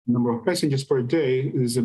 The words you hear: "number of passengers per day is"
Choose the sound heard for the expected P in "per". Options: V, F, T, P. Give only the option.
F